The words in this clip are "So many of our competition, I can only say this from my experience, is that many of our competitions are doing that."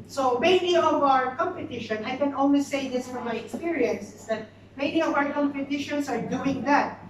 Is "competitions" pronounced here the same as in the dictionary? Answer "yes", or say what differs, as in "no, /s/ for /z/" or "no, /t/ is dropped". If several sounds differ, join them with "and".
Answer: no, /s/ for /z/